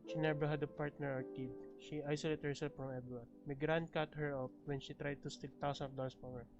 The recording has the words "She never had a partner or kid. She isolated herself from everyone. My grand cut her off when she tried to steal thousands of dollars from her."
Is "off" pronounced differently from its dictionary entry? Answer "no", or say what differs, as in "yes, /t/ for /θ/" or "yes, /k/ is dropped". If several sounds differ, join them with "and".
yes, /p/ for /f/